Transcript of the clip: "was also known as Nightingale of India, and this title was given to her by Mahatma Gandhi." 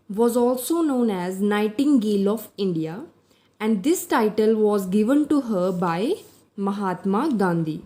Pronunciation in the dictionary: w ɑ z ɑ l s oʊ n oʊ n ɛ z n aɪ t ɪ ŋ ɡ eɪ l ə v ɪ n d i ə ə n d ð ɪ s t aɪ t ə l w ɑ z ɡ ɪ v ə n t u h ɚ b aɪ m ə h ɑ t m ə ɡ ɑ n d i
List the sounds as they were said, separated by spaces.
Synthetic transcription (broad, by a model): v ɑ z ɑ l s oʊ n oʊ n ɛ z n aɪ t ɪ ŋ ɡ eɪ l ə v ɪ n d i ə ə n d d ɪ s t aɪ t ə l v ɑ z ɡ ɪ v ə n t u h ɚ b aɪ m ə h ɑ t m ə ɡ ɑ n d i